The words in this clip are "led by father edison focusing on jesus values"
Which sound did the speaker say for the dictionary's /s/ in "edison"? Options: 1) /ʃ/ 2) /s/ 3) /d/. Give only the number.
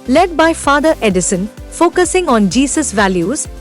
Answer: 2